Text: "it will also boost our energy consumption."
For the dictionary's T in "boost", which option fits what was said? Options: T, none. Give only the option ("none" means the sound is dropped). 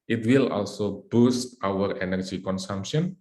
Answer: T